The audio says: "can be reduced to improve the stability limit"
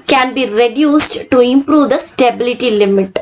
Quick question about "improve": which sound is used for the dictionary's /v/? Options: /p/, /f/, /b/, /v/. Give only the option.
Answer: /v/